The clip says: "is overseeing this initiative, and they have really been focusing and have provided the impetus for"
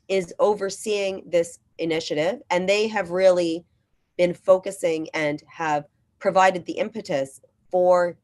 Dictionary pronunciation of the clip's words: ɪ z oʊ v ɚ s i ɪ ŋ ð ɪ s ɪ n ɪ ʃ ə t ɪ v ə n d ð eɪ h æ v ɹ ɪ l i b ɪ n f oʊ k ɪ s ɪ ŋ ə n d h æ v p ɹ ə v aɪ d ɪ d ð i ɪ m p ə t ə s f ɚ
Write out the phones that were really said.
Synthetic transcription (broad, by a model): ɪ z oʊ v ɚ s i ɪ ŋ ð ɪ s ɪ n ɪ ʃ ə t ɪ v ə n ð eɪ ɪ v ɹ ɪ l i b ɪ n f oʊ k ɪ s ɪ ŋ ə n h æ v p ɹ ə v aɪ d ɪ d ð i ɪ m p ə t ə s f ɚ